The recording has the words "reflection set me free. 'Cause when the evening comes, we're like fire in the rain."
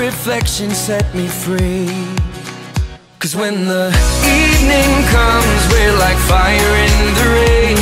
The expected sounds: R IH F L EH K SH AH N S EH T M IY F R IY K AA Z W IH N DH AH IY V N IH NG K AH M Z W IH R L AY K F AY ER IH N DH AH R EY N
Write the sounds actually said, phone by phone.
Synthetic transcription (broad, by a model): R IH F L EH K SH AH N S EH T M IY F R IY K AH Z W IH N DH AH IY V N IH NG K AH M Z W IH R L AY K F AY ER IH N DH AH R EY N